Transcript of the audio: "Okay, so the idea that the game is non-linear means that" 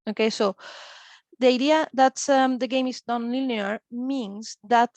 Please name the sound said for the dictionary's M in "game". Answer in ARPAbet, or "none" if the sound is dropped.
M